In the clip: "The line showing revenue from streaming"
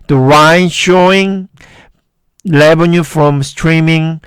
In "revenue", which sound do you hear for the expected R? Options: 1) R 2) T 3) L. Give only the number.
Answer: 3